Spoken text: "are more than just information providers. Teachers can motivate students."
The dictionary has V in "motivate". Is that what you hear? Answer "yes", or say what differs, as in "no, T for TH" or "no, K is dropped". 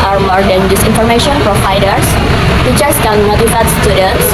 no, F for V